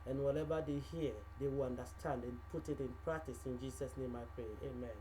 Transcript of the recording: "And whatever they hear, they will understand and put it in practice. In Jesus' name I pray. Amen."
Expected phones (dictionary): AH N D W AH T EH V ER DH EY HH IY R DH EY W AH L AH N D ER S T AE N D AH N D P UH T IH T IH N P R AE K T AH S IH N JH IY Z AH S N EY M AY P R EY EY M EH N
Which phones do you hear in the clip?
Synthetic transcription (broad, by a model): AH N W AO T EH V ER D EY HH IY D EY W AH L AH N D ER S T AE N D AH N P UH T IH T IH N P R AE K T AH S IH N JH IY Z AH S N EY M AY P R EY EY M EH N